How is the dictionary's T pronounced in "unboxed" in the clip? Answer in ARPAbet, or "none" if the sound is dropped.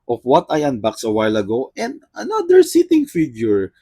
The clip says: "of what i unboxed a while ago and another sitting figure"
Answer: none